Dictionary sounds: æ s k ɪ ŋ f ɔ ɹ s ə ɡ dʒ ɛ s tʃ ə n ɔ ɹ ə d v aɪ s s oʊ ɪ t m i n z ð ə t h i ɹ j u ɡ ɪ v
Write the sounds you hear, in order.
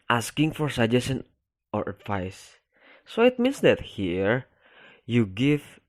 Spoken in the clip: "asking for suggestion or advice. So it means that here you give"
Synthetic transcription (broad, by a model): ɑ s k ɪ ŋ f ɔ ɹ s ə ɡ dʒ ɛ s ə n ɔ ɹ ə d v aɪ s s oʊ ɪ t m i n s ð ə t h i ɹ j u ɡ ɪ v